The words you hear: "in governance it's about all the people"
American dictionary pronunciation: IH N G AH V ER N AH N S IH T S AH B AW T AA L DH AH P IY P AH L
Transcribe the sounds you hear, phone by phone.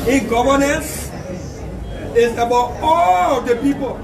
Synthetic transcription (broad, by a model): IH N G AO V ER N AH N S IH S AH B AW AA L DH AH P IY P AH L